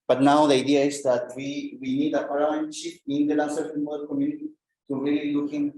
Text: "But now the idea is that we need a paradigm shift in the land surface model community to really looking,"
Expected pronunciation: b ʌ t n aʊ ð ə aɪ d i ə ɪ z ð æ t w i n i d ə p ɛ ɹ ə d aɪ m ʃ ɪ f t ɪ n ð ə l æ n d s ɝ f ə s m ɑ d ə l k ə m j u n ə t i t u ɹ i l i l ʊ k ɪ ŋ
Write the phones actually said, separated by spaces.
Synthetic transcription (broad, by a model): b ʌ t n aʊ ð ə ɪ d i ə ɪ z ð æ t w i n i d ə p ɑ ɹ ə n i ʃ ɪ t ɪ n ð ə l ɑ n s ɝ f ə m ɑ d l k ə m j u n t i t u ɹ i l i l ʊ k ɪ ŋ